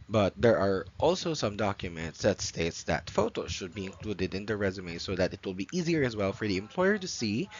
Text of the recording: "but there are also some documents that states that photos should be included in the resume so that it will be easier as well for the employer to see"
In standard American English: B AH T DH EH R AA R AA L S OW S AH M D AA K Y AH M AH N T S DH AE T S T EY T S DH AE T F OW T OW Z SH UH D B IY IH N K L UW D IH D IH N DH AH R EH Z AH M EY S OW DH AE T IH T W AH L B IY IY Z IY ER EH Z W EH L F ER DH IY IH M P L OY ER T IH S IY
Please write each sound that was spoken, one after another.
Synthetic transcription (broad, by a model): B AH T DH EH R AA R AA L S OW S AH M D AA K Y AH M AH N T S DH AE T S T EY T S DH AE T F OW T OW Z SH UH D B IY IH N K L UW D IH D IH N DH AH R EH Z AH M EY S OW DH AE T IH T W AH L B IY IY Z IY ER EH Z W EH L F ER DH IY IH M P L OY ER T IH S IY